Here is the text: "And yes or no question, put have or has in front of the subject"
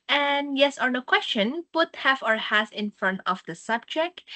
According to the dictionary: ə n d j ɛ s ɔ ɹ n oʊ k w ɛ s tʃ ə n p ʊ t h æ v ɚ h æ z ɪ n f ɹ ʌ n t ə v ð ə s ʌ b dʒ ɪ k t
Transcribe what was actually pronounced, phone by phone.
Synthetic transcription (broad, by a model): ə n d j ɛ s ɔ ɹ n oʊ k w ɛ s tʃ ə n p ʊ t h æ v ɚ h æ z ɪ n f ɹ ʌ n t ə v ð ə s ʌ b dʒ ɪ k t